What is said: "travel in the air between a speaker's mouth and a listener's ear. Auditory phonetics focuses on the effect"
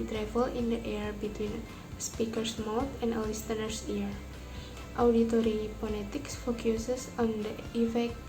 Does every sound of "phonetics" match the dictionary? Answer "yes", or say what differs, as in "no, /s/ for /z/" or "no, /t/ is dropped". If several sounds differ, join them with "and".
no, /p/ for /f/ and /l/ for /n/